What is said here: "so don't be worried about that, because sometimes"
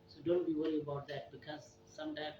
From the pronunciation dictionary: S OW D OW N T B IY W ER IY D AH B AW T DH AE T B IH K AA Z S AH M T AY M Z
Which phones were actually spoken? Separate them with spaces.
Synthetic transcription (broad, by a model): S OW D OW N T B IY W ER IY AH B AW T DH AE T B IH K AA Z S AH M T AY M